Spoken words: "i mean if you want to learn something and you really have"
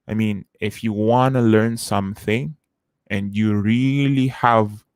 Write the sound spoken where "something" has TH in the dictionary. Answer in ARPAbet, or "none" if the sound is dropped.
TH